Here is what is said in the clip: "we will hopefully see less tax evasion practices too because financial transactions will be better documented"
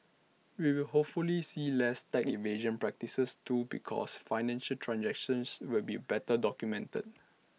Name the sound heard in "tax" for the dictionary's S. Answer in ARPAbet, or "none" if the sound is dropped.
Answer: none